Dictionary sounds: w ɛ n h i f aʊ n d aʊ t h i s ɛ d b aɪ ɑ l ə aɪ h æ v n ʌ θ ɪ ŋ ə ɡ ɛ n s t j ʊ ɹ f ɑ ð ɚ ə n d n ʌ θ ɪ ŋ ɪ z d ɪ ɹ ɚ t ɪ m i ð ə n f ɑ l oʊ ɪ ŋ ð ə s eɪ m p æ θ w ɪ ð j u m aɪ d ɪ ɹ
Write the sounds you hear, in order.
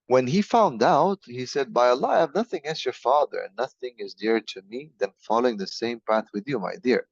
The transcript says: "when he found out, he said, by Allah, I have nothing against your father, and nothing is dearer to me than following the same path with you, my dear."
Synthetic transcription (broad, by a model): w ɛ n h i f aʊ n d aʊ t h i s ɛ d b aɪ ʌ l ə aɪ v n ʌ θ ɪ ŋ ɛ l s j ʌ ɹ f ɑ ð ɚ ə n n ʌ θ ɪ ŋ ɪ z d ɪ ɹ t ɪ m i ð ə n f ɑ l oʊ ɪ ŋ ð ə s eɪ m p æ θ w ɪ ð j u m aɪ d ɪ ɹ